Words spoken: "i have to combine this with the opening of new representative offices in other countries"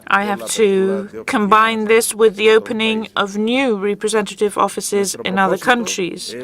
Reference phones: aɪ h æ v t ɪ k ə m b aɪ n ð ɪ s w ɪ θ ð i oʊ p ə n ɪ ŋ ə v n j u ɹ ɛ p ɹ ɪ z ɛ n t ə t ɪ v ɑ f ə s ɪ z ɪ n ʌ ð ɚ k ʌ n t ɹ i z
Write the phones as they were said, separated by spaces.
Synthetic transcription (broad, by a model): aɪ h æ f t ɪ k ə m b aɪ n ð ɪ s w ɪ ð i oʊ p ə n ɪ ŋ ə v n j u ɹ ɛ p ɹ ɪ z ɛ n t ə t ɪ v ɑ f ə s ɪ z ɪ n ʌ ð ɚ k ʌ n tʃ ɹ i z